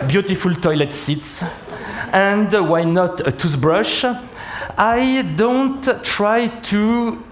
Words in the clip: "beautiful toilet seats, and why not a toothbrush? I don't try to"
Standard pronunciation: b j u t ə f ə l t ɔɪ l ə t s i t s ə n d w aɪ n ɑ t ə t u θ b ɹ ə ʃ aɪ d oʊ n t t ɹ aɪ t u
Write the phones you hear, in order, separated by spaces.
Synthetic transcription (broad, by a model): b j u t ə f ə l t ɔɪ l ə t s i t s ə n d w aɪ n ɑ t ə t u s b ɹ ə ʃ aɪ d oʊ n t t ɹ aɪ t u